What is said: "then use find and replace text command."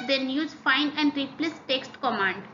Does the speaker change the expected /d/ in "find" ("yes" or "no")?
yes